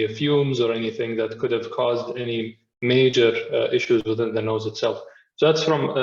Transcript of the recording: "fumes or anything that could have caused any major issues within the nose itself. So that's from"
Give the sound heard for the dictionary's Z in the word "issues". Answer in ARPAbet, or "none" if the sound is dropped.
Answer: Z